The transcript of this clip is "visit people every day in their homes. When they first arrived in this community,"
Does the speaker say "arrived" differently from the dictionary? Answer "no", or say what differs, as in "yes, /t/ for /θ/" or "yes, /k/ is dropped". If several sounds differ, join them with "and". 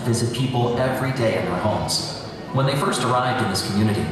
no